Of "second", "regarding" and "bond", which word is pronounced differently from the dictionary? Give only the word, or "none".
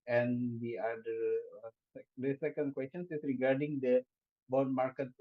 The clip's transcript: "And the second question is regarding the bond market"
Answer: bond